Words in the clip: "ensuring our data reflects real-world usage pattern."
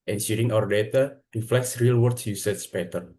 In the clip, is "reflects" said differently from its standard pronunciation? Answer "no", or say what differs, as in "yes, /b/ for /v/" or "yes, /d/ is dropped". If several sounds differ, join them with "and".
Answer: no